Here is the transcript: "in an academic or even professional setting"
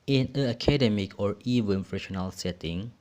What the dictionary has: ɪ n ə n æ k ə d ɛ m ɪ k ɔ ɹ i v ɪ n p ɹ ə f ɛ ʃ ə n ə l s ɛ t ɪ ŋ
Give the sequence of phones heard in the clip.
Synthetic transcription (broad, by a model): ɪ n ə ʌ k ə d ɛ m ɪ k ɔ ɹ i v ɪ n f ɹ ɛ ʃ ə n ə l s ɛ t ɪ ŋ